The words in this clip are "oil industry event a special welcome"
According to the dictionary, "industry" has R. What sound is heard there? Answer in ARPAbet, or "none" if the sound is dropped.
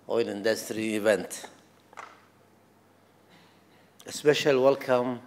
R